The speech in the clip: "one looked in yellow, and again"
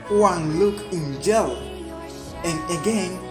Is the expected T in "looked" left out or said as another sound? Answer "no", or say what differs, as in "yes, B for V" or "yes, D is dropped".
yes, T is dropped